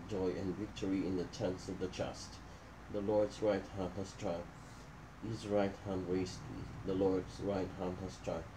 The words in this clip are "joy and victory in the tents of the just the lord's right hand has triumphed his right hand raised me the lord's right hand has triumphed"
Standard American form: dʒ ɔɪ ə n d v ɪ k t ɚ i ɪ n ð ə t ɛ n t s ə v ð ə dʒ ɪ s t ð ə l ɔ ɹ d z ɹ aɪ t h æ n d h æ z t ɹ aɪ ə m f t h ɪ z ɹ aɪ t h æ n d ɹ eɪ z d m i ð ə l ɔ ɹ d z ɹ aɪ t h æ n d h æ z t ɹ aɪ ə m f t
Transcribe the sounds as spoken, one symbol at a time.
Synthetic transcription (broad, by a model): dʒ ɔɪ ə n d v ɪ k t ɚ i ɪ n ð ə t ɛ n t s ə v ð ə tʃ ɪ s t ð ə l ɔ ɹ d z ɹ aɪ t h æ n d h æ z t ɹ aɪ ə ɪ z ɹ aɪ t h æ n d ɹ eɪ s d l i ð ə l ɔ ɹ d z ɹ aɪ t h æ n d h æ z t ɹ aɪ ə